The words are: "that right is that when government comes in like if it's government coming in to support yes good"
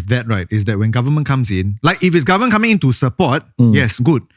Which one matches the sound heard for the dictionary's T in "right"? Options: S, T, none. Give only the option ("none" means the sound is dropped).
T